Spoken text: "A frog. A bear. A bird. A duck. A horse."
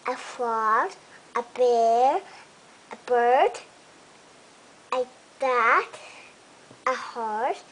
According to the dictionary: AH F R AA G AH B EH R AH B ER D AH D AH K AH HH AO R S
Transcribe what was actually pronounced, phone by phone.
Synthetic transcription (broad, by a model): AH F L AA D AH B EH R AH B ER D AH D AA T AH HH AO R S